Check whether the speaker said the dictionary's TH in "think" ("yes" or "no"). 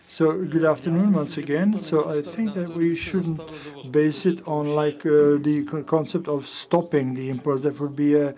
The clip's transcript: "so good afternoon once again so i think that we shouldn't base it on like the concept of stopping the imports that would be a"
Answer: yes